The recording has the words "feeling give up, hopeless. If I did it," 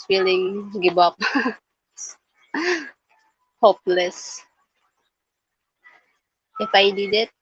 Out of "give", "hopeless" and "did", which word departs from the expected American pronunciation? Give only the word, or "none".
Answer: give